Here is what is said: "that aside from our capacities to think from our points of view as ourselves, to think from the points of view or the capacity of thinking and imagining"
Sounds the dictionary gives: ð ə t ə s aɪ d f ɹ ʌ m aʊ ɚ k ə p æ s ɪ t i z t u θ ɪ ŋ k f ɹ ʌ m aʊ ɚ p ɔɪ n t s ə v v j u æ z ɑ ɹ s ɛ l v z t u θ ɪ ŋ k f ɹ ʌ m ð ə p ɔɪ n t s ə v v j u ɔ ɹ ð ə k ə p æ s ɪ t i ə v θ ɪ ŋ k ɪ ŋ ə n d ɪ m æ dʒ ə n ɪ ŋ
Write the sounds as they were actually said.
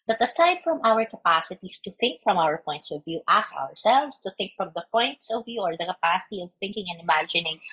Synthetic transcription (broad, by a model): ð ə t ə s aɪ d f ɹ ʌ m aʊ ɚ k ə p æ s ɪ t i s t u θ ɪ ŋ k f ɹ ʌ m aʊ ɚ p ɔɪ n t s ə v v j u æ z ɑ ɹ s ɛ l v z t u θ ɪ ŋ k f ɹ ʌ m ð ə p ɔɪ n t s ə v v j u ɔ ɹ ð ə k ə p æ s ɪ t i ə v θ ɪ ŋ k ɪ ŋ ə n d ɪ m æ dʒ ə n ɪ ŋ